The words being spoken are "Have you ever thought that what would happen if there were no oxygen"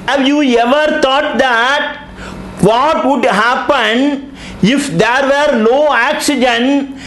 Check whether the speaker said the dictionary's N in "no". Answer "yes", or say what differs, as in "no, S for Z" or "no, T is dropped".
no, L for N